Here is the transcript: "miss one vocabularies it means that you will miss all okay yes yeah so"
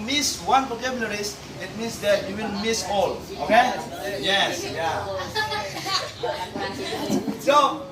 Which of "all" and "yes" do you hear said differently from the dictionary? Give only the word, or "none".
none